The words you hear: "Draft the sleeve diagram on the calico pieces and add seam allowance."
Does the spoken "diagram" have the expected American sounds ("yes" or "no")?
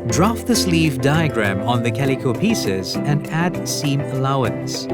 yes